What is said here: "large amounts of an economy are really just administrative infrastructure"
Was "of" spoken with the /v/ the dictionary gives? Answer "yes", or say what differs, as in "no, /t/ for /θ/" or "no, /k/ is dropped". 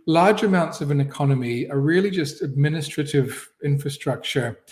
yes